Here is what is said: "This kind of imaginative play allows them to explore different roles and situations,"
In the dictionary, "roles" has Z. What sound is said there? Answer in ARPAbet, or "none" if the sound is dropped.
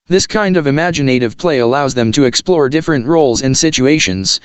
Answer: Z